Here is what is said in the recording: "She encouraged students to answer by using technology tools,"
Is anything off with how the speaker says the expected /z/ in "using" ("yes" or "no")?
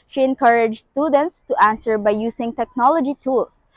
yes